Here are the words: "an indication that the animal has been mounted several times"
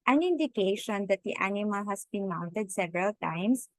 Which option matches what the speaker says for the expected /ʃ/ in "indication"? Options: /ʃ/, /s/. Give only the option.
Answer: /ʃ/